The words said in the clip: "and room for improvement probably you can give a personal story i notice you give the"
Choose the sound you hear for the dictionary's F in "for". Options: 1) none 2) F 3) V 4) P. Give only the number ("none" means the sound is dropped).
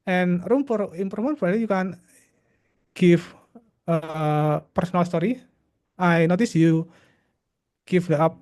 4